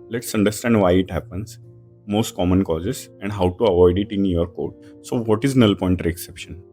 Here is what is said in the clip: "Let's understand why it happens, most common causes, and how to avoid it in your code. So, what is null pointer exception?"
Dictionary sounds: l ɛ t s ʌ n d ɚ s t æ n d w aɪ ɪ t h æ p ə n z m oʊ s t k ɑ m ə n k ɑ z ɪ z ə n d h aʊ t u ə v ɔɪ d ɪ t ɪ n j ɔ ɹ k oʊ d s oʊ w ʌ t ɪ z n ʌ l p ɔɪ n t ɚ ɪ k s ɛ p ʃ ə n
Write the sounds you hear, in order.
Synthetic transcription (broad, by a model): l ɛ t s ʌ n d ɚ s t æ n d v aɪ ɪ t h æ p ə n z m oʊ s t k ɑ m ə n k ɑ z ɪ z ə n d h aʊ t u ə v ɔɪ d ɪ t ɪ n j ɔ ɹ k oʊ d s oʊ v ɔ t ɪ z n ʌ l p ɔɪ n t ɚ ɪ k s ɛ p ʃ ə n